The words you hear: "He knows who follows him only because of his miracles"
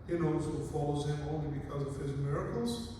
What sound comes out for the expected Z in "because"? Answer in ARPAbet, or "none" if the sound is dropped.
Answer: Z